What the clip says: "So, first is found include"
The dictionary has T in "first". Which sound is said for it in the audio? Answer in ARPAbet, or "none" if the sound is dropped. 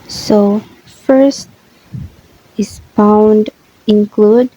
T